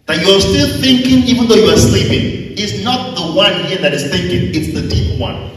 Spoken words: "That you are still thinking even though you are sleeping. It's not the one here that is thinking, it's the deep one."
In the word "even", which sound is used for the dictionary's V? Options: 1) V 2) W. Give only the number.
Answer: 1